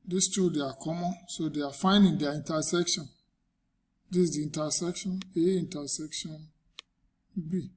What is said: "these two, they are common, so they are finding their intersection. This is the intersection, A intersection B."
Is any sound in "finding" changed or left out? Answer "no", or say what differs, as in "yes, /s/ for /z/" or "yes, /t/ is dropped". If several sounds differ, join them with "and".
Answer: no